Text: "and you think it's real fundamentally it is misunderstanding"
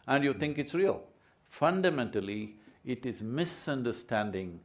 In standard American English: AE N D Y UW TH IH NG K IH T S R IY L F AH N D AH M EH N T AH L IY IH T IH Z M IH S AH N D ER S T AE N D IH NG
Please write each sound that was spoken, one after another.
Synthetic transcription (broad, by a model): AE N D Y UW T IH NG K IH T S R IY L F AH N D AH M EH N T AH L IY IH T IH Z M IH S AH N D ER S T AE N D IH NG